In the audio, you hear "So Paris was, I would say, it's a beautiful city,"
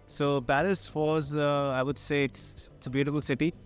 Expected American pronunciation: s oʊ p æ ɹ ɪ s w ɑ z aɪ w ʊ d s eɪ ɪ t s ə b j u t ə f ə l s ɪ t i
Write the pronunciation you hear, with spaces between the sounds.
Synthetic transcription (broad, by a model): s oʊ b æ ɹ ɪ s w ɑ z aɪ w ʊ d s eɪ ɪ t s ə b j u t ə f ə l s ɪ t i